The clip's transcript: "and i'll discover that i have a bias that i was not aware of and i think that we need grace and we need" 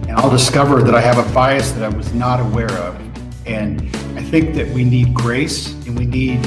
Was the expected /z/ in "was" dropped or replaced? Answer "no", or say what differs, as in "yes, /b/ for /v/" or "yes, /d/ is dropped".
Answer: no